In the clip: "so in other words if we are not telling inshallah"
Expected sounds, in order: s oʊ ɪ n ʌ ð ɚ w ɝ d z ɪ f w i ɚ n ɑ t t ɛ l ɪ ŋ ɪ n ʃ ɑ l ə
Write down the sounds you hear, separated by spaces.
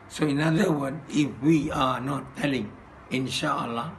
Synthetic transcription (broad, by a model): s oʊ ɪ n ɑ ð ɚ w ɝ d ɪ f w i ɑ n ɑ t t ɛ l ɪ ŋ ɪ n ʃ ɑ l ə